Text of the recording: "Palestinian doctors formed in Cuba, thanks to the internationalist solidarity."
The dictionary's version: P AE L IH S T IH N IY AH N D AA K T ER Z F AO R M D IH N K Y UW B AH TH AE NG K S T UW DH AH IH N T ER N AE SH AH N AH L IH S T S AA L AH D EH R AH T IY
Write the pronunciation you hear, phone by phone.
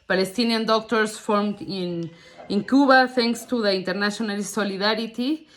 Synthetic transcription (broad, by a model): P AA L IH S T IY N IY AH N D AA K T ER S F AO R M D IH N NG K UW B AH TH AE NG K S T UW DH AH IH N T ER N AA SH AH N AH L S S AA L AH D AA R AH T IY